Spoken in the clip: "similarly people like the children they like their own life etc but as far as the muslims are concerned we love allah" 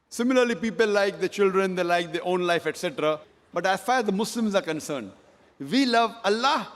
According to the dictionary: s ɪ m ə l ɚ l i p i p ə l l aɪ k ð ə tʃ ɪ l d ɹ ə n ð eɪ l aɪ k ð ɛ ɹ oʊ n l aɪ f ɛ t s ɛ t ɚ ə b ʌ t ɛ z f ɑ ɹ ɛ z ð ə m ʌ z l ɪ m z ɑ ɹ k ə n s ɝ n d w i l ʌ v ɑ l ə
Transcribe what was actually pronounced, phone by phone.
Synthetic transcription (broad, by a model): s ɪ m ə l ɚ l i p i p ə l l aɪ k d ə tʃ ɪ l d ɹ ə n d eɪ l aɪ k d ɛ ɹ oʊ n l aɪ f ɛ t s ɛ t ɚ ə b ʌ t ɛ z f ɑ ɹ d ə m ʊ s l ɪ m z ɑ ɹ k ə n s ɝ n d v i l ʌ v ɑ l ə